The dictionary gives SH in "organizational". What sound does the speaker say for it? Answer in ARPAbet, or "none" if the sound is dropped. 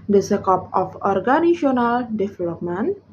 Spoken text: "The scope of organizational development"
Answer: none